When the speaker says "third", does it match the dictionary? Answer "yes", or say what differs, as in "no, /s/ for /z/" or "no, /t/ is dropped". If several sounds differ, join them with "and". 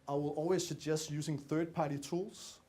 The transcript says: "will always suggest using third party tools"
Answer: yes